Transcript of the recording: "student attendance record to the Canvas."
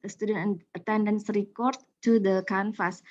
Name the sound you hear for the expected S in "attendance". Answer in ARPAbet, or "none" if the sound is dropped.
S